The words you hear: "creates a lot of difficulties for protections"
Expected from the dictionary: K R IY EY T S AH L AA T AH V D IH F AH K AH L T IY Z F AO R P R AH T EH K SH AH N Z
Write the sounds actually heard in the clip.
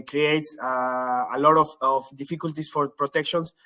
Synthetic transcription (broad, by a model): K R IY EY T S AH L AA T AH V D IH F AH K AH L T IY S F AO R P R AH T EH K SH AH N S